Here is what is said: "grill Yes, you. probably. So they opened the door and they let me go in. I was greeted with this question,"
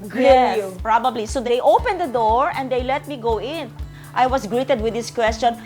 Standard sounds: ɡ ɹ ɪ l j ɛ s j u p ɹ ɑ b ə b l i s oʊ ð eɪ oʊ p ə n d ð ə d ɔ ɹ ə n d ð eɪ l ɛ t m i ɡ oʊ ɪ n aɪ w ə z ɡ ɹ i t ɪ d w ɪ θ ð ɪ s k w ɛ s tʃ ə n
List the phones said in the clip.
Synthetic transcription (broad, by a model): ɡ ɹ j ɛ s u p ɹ ɑ b ə b l i s oʊ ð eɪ oʊ p ə n d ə d ɔ ɹ ə n d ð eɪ l ɛ t m i ɡ oʊ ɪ n aɪ w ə s ɡ ɹ i t ɪ d w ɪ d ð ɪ s k w ɛ s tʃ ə n